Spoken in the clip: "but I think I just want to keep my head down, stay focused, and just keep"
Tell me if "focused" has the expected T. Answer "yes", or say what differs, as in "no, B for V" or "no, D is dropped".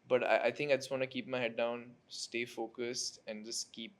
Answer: yes